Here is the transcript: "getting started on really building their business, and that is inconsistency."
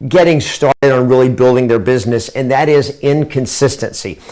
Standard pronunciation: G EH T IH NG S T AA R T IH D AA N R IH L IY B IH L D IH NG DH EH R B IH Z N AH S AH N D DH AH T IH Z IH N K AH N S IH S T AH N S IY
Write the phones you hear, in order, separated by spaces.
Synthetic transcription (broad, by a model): G EH T IH NG S T AA R T IH D N R IH L IY B IH L D IH NG DH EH R B IH Z N AH S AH N DH AH T IH Z IH N K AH N S IH S T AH N S IY